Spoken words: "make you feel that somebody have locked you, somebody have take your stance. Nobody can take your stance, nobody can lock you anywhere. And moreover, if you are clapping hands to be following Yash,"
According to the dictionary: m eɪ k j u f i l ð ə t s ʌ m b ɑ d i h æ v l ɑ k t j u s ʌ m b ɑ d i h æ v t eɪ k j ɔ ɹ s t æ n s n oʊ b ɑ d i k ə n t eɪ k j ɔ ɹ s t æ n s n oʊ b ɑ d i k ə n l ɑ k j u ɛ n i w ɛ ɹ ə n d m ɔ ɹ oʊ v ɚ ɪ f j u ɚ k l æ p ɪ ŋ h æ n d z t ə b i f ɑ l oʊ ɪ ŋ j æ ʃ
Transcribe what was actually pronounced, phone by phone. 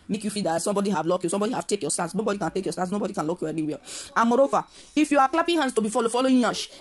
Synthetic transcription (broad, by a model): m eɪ k j u f i l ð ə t s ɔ m b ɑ d i h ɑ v l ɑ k j u s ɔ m b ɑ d i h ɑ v t eɪ k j ɔ s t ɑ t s n oʊ b ɑ d i k ə n t eɪ k j ɔ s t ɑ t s n oʊ b ɑ d i k ə n l ɑ k j u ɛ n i w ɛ l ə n m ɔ ɹ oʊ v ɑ ɪ f j u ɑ k l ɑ p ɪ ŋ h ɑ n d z t ə b i f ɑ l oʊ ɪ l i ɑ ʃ